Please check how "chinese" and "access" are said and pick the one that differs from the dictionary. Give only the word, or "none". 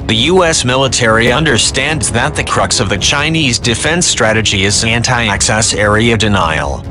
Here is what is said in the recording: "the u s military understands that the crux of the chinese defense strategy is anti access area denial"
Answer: none